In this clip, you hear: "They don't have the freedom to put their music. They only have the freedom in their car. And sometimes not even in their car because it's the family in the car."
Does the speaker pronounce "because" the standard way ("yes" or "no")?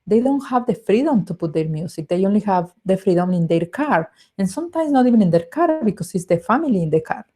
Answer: no